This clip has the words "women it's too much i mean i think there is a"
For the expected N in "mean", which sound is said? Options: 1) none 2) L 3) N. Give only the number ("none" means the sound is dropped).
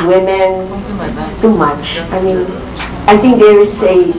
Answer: 3